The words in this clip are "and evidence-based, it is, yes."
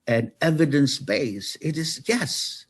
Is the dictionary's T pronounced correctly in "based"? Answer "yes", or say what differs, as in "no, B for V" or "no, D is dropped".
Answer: no, T is dropped